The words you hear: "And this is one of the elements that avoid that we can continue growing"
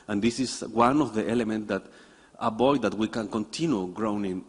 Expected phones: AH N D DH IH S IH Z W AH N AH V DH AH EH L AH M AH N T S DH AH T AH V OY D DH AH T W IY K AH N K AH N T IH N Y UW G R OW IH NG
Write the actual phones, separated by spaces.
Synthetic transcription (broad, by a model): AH N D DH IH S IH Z W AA N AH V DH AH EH L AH M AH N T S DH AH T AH B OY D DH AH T W IY K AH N K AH N T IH N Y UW G R OW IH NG